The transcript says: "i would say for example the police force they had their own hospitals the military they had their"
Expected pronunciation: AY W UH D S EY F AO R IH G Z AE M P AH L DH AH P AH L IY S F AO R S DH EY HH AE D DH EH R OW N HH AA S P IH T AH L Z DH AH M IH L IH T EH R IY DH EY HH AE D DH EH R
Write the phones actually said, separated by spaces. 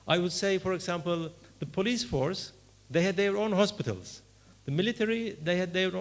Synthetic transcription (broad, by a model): AY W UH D S EY F AO R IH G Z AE M P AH L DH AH P AH L IY S F AO R S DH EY HH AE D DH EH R OW N HH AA S P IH T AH L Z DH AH M IH L IH T EH R IY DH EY HH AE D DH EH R